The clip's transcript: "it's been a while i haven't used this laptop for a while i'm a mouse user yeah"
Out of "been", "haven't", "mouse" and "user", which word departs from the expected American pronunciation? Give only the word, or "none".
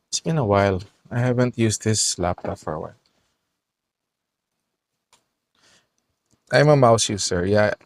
user